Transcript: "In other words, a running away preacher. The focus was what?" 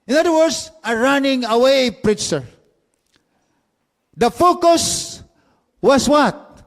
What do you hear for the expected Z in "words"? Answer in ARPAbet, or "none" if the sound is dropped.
S